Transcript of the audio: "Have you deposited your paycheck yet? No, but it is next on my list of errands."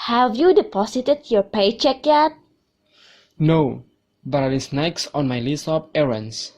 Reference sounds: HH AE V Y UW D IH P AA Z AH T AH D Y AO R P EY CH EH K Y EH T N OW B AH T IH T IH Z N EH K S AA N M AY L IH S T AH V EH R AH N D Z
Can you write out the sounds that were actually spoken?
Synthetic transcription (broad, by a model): HH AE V Y UW D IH P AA S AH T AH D Y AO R P EY CH EH K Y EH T N OW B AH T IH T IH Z N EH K S AA N M AY L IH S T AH P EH R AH N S